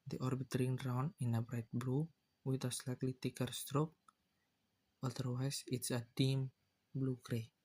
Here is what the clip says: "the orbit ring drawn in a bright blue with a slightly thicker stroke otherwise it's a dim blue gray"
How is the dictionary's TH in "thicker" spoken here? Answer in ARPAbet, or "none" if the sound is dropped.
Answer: T